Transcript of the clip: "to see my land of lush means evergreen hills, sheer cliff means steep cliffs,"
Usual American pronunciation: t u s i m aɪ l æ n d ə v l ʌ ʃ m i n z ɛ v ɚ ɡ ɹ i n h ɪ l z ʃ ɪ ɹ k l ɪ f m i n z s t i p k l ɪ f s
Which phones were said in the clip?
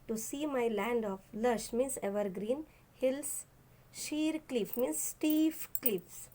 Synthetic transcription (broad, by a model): t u s i m aɪ l æ n d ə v l ʌ ʃ m i n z ɛ v ɚ ɡ ɹ i n h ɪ l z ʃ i ɹ k l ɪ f m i n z s t i f k l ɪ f s